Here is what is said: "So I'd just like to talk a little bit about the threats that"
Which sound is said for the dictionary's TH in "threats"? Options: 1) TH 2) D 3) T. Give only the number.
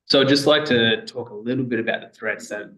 1